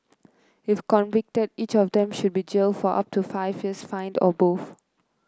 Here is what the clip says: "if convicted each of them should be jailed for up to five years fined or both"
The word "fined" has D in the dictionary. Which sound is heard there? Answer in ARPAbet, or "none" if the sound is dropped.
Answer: D